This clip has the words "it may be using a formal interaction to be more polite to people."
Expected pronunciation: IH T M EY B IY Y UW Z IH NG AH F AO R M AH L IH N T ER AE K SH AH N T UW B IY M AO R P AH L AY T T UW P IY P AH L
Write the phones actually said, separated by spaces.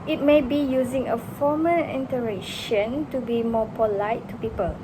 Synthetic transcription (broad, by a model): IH T M EY B IY Y UW Z IH NG AH F AO M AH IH N T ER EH SH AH N T UW B IY M AO P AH L AY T T UW P IY P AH L